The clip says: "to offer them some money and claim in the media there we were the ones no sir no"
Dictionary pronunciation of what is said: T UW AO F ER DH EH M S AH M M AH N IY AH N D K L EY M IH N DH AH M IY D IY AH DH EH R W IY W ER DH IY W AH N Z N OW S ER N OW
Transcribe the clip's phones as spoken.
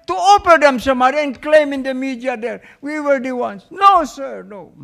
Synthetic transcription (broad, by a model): T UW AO P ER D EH M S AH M M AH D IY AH N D K L EY M IH N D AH M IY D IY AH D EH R W IY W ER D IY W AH N S N OW S ER N OW